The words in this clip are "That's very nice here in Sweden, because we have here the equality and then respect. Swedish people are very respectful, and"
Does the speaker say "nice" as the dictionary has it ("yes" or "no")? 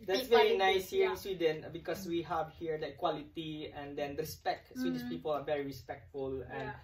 yes